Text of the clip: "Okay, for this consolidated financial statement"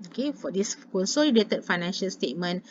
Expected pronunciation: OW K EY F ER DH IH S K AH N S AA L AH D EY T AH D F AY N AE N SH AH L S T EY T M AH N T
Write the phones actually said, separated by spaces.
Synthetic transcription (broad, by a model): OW K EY F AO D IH S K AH L S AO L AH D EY T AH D F AY N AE N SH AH L S T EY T M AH N